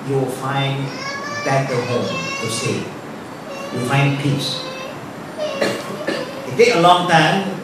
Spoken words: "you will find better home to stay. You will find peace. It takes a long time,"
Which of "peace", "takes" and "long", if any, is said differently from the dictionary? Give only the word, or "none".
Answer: takes